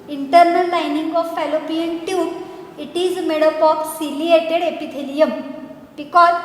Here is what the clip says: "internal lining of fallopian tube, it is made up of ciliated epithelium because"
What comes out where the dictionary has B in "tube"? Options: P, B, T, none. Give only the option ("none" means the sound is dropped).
none